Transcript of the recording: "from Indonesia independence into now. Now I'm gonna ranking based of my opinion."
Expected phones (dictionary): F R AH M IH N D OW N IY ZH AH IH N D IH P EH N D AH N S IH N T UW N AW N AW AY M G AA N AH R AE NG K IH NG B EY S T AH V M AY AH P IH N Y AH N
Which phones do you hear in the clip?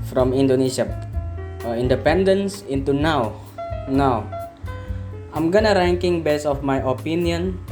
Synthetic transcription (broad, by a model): F R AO M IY N D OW N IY S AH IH N D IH P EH N D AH N S IH N T UW N AW N AW AY M G AA N AH R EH NG K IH NG B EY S AH F M AY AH P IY N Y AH N